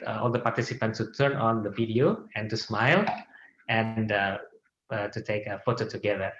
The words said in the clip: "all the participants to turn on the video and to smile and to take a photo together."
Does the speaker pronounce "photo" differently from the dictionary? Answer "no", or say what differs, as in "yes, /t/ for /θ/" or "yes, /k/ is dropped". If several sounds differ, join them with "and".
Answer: no